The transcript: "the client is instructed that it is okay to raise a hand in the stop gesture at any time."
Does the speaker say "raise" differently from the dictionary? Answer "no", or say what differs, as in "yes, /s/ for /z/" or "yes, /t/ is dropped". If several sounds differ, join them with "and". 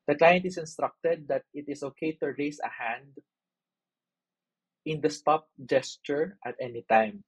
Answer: yes, /s/ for /z/